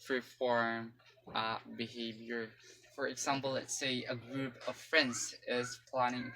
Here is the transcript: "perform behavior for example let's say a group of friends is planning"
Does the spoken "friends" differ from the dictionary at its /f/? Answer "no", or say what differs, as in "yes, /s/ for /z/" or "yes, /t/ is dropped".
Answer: no